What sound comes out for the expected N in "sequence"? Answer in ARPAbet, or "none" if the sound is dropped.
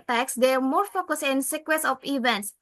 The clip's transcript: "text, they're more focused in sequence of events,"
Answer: none